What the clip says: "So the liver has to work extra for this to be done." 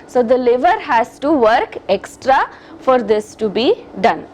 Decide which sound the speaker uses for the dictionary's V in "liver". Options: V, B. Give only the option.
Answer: V